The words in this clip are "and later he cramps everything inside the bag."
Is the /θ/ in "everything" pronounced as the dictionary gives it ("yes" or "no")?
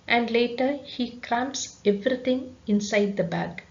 no